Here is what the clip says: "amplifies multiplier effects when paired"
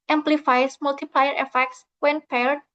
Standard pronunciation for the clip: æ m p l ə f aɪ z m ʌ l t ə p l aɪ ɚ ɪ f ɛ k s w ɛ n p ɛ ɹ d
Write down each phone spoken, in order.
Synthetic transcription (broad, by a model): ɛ m p l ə f aɪ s m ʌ l t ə p l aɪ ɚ ɪ f ɛ k s w ɛ n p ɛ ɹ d